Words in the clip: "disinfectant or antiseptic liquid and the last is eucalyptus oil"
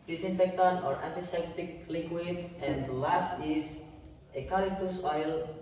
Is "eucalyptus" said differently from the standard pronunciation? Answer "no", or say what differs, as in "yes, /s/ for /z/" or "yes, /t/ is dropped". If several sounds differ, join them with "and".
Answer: yes, /p/ is dropped